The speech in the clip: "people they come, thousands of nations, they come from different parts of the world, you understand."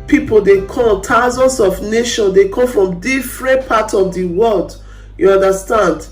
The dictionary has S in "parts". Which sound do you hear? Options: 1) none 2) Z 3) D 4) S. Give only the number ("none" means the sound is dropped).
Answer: 1